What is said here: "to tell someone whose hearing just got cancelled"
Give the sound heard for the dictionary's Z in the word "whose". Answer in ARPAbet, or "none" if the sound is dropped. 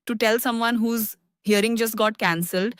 Z